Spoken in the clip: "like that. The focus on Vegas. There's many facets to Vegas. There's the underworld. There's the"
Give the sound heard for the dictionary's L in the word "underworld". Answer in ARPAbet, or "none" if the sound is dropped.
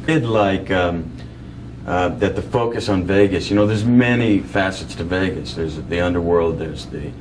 L